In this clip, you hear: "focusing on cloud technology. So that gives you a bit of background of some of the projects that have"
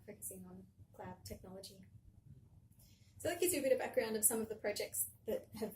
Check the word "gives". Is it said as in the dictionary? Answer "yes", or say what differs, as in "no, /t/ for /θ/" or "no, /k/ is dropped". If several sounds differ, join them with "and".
no, /v/ is dropped